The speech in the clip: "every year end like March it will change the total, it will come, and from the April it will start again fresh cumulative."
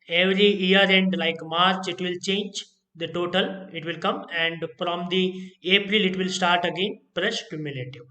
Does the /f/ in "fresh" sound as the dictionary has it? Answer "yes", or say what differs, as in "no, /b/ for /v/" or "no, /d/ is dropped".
no, /p/ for /f/